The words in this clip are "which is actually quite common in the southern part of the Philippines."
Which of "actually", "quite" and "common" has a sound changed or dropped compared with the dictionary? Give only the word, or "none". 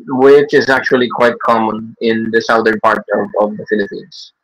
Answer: none